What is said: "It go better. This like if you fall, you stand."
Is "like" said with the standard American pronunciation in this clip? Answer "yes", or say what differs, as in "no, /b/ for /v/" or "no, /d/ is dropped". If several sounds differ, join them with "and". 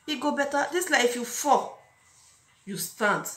no, /k/ is dropped